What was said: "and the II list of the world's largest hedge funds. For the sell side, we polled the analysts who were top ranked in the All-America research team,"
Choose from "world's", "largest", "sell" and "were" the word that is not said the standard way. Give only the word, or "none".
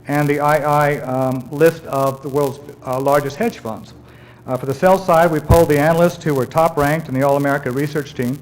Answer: none